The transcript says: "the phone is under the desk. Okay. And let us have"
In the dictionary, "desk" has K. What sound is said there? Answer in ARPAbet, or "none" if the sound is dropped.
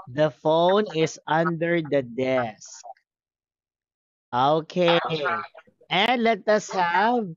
K